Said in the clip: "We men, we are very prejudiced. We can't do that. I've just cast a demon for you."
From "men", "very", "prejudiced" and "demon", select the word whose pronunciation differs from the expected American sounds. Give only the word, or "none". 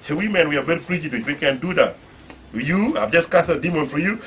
prejudiced